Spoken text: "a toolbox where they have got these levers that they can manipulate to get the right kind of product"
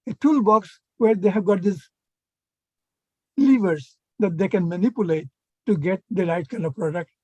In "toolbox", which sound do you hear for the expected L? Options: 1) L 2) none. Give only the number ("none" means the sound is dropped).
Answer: 1